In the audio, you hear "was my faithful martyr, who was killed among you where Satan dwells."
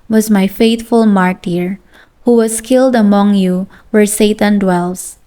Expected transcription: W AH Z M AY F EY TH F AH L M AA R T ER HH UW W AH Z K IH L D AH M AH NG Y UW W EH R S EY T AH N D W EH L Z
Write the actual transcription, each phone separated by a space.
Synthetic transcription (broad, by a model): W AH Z M AY F EY T F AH L M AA R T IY HH UW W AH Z K IH L D AH M AH NG Y UW W EH R S EY T AH N D W EH L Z